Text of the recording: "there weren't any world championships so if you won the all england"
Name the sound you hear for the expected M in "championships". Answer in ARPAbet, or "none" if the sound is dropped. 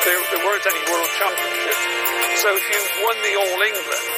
none